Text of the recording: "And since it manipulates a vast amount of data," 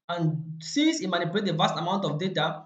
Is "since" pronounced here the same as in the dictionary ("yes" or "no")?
no